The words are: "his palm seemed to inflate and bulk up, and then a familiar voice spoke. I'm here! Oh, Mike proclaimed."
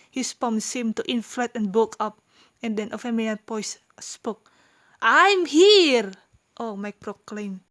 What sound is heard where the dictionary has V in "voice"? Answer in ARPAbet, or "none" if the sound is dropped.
P